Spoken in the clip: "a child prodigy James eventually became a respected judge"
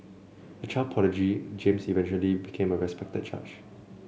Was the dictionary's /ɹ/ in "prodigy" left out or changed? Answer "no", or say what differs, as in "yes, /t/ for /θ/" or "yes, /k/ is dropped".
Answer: yes, /ɹ/ is dropped